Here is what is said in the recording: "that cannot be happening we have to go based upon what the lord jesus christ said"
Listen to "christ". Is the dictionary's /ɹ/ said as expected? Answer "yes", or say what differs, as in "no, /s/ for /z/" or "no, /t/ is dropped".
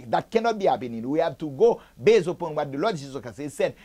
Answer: no, /ɹ/ is dropped